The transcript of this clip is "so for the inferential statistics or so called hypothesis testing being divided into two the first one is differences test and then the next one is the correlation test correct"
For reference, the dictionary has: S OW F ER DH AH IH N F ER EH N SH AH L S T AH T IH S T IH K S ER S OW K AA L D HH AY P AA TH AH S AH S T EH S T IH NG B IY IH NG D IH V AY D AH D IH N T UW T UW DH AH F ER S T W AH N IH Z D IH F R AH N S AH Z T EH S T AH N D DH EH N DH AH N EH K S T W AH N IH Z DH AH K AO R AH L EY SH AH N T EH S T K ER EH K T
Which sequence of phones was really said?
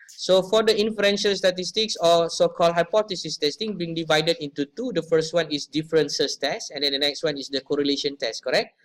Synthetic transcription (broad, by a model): S OW F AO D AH IH N F ER EH N SH AH L S T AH T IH S T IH K S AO S OW K AA L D HH AY P AA T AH S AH S T EH S T IH NG B IY NG D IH V AY D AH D IH N T UW T UW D AH F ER S T W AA N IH S D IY F R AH N S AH S T EH S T AH N D EH N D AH N EH K S T W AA N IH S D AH K AO R AH L EY SH AH N T EH S T K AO EH K T